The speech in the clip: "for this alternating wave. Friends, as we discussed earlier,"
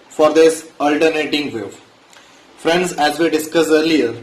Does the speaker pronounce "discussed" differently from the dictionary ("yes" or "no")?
yes